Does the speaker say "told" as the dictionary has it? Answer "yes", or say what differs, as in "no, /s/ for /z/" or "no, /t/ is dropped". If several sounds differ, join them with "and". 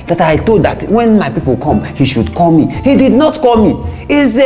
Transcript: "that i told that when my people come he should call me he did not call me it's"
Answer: no, /l/ is dropped